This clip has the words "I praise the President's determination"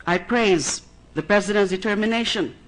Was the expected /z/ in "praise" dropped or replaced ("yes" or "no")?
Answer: no